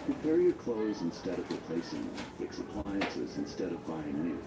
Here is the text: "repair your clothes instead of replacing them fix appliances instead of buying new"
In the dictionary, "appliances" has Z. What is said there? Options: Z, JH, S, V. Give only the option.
Z